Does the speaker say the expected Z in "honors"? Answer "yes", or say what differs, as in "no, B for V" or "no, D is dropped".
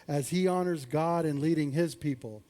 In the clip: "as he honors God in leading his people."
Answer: yes